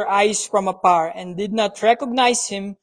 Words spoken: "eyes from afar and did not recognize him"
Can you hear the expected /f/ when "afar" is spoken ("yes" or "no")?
no